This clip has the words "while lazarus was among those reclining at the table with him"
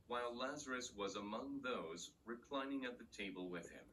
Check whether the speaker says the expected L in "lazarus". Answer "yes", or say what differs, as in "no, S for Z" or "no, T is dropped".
yes